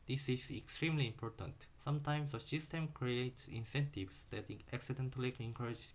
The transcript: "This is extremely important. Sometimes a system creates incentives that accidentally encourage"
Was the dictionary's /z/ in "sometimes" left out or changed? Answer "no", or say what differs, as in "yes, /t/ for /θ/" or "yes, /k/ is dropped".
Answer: yes, /s/ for /z/